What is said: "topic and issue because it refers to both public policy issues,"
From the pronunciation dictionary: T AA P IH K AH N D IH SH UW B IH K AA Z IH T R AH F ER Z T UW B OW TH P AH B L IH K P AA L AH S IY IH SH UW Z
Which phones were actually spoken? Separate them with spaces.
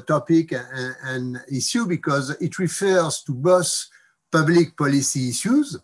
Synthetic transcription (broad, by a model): T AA P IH K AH N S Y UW B IH K AA Z IH T R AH F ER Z T UW B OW S P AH B L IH K P AA L AH S IY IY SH UW Z